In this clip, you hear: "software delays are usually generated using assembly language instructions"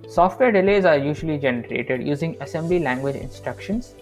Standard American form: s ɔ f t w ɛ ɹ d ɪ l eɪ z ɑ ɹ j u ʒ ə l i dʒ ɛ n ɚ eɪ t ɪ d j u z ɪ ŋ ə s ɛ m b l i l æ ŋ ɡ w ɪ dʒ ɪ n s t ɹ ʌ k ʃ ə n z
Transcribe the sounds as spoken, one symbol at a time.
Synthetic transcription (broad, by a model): s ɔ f t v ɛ ɹ d ɪ l eɪ z ɑ ɹ j u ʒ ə l i dʒ ɛ n ɚ eɪ t ɪ d j u z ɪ ŋ ə s ɛ m b l i l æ ŋ ɡ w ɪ dʒ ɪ n s t ɹ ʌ k ʃ ə n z